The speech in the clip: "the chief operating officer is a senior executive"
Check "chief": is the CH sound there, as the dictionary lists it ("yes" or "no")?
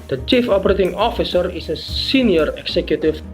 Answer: yes